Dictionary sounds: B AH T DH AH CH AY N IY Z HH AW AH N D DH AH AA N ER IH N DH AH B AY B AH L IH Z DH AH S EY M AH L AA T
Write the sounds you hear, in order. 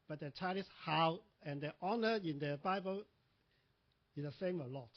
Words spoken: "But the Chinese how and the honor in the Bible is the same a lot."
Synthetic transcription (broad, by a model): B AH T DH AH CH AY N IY S HH AW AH N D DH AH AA N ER IH N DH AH B AY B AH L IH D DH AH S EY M AH L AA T